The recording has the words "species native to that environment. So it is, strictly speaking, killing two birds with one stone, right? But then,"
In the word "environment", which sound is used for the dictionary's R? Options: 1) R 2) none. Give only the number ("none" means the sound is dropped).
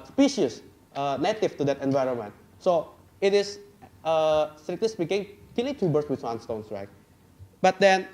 1